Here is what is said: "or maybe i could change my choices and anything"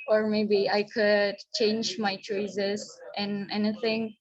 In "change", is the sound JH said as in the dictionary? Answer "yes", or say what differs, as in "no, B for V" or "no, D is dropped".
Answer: yes